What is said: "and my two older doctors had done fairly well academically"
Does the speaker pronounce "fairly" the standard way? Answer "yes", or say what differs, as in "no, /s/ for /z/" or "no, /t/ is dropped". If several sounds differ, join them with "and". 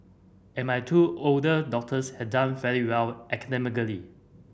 no, /l/ is dropped